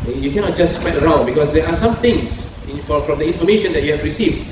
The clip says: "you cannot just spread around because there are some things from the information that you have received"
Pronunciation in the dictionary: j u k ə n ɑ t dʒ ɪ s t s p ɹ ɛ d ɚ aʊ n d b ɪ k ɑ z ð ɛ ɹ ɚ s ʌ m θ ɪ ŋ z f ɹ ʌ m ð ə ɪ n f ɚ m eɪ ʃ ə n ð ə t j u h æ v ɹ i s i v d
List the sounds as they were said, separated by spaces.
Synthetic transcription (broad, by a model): j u k ə n ɑ t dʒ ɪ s s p ɛ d ɚ aʊ n d b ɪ k ɑ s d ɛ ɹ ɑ s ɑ m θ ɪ ŋ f f ɹ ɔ m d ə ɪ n f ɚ m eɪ ʃ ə n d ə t j u h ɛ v ɹ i s i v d